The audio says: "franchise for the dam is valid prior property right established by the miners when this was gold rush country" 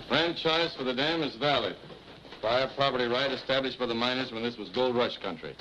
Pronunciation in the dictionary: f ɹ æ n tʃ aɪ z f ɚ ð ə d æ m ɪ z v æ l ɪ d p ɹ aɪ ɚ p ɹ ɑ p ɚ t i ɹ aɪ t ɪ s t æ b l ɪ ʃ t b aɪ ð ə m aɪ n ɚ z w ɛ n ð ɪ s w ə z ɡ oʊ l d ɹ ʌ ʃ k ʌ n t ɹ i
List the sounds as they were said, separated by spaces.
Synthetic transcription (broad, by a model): f ɹ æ n tʃ aɪ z f ɚ ð ə d æ m ɪ z v æ l ɪ d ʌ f aɪ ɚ p ɹ ɑ p ɚ t i ɹ aɪ t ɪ s t æ b l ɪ ʃ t b aɪ ð ə m aɪ n ɚ z w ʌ n ð ɪ s w ə z ɡ oʊ l d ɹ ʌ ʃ k ʌ n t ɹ i